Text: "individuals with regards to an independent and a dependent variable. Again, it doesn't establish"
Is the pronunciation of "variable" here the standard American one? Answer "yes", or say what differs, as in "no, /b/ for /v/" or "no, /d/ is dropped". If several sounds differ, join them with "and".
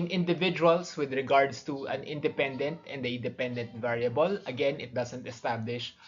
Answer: yes